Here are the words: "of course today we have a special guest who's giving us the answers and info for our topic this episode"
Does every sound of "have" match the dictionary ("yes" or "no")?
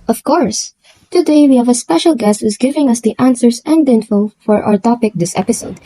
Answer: yes